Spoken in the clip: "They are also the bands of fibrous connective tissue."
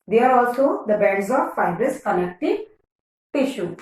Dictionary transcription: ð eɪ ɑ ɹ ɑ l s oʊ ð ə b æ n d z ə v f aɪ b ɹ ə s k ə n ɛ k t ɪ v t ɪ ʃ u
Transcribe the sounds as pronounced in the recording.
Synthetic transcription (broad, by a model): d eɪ ɑ ɹ ɑ l s oʊ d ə b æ d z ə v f aɪ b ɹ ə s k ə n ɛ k t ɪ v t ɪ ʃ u